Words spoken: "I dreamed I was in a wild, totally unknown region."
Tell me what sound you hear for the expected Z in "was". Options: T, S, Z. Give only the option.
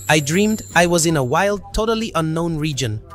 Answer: Z